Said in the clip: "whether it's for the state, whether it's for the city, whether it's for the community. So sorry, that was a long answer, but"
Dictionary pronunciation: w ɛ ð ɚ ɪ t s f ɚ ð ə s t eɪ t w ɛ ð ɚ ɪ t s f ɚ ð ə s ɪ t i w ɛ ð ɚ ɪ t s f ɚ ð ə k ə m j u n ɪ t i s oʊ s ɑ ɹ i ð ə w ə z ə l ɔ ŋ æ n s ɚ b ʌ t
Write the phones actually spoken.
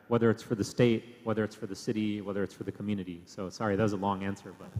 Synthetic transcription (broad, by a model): w ɛ ð ɚ ɪ t s f ɚ ð ə s t eɪ t w ɛ ð ɚ ɪ t s f ɚ ð ə s ɪ t i w ɛ ð ɚ ɪ t s f ɚ ð ə k m j u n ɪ t i s oʊ s ɑ ɹ i ð ə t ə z ə l ɔ ŋ æ n s ɚ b ʌ t